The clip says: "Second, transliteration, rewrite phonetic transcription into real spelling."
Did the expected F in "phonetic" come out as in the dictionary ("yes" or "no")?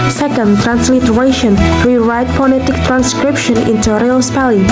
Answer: no